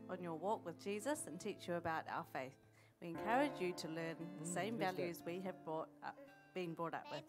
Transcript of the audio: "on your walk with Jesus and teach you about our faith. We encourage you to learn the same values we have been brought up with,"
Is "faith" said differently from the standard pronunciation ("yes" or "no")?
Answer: no